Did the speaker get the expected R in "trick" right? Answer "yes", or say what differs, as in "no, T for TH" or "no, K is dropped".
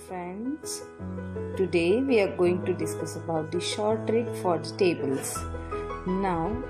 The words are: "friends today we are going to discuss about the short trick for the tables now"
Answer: yes